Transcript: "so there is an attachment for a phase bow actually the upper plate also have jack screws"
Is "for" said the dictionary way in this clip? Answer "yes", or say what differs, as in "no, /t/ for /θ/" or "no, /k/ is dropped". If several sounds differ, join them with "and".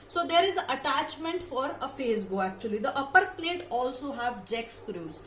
yes